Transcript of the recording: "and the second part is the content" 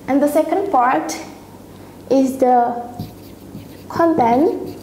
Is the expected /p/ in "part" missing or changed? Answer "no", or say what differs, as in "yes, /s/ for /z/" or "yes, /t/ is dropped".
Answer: no